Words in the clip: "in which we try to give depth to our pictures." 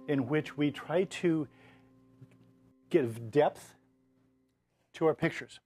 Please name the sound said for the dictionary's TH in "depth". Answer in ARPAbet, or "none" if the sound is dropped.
TH